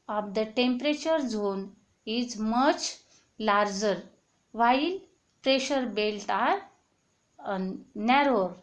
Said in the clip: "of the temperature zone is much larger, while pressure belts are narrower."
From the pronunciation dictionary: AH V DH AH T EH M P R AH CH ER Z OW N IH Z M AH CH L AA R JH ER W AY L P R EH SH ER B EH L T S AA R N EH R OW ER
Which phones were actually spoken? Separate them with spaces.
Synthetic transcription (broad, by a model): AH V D AH T EH M P R AH CH ER Z OW N IH Z M AH CH L AA R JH ER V AY L P R EH SH ER B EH L T AA R N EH R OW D